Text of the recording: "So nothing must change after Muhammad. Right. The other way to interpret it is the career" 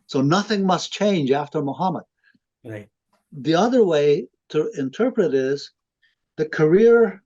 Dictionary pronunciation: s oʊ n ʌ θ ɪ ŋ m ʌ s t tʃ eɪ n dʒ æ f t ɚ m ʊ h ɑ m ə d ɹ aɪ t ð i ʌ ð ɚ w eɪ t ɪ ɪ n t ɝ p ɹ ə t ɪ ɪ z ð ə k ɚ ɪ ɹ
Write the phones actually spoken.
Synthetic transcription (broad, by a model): s oʊ n ʌ θ ɪ ŋ m ʌ s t tʃ eɪ n dʒ æ f t ɚ m ʊ h ɑ m ə d ð i ʌ ð ɚ w eɪ t ɪ ɪ n t ɝ p ɹ ə t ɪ ɪ z ð ə k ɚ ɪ ɹ